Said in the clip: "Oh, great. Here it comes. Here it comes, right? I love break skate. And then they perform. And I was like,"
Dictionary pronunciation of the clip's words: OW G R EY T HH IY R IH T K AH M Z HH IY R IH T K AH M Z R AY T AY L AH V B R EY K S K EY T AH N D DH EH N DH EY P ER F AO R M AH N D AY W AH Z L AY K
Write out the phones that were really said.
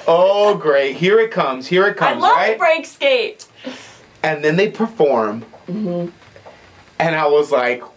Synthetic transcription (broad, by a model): OW G R EY T HH IY R IH T K AH M Z HH IY R IH T K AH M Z L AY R AY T B R EY K S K EY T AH N DH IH N DH EY P ER F AO R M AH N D AY W AH Z L AY K